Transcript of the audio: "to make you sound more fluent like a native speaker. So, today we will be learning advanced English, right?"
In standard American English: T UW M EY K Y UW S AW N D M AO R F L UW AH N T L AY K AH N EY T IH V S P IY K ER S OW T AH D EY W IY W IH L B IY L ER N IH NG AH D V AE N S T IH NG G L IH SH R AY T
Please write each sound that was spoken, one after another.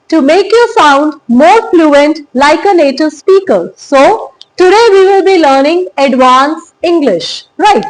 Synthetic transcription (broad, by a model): T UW M EY K Y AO S AW N D M AO R F L UW AH N T L AY K AH N EY T IH V S P IY K ER S OW T AH D EY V IY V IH L B IY L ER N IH NG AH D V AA N S IH NG G L IH SH R AY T